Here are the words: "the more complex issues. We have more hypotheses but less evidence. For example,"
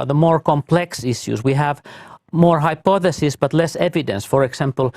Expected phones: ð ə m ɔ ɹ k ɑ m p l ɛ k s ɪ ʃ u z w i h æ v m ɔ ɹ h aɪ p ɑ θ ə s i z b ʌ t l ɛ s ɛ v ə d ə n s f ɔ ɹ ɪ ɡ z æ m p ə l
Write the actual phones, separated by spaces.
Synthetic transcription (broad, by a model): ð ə m ɔ ɹ k ɑ m p l ɛ k s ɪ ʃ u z w i h æ v m ɔ ɹ h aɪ p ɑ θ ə s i s b ʌ t l ɛ s ɛ v ə d ə n s f ɔ ɹ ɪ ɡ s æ m p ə l